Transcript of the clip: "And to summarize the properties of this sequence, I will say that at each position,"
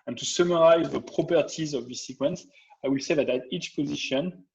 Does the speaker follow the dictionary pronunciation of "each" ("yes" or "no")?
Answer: yes